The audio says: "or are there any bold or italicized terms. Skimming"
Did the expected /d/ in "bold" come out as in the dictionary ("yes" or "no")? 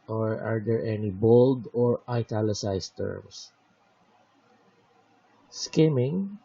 yes